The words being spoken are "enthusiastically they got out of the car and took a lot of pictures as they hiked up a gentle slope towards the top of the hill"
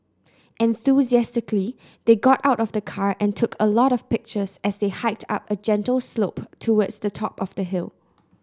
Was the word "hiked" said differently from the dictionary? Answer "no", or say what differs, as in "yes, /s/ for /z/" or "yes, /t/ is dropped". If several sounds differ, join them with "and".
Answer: no